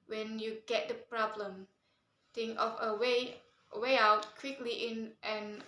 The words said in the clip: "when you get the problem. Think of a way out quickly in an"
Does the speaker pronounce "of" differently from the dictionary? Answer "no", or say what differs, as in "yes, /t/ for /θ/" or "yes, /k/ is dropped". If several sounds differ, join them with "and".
yes, /w/ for /v/